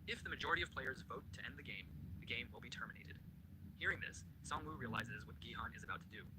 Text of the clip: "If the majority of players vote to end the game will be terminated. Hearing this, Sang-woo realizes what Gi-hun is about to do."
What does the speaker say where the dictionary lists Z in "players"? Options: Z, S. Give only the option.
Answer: Z